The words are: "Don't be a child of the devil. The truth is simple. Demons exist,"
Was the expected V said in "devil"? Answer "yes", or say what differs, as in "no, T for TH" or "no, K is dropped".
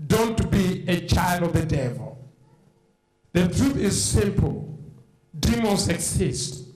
yes